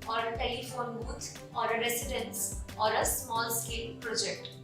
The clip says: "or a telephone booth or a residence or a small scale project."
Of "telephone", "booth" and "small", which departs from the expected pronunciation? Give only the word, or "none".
booth